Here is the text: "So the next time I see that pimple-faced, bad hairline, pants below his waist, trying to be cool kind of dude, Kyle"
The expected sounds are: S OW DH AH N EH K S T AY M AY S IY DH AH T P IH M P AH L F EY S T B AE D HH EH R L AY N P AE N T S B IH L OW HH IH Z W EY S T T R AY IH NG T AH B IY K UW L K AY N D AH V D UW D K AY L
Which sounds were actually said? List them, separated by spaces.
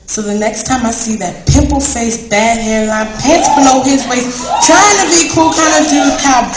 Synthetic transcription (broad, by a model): S OW DH AH N EH K S T AY M AY S IY DH AH T P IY P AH L F EY S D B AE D HH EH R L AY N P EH T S B IH L OW HH IH Z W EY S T T R AY IH NG T AH B IY K UW L K AY N D AH V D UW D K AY